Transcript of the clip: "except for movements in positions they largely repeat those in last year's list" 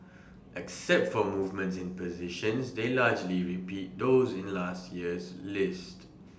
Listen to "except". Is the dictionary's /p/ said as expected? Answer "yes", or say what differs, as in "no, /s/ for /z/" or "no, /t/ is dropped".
yes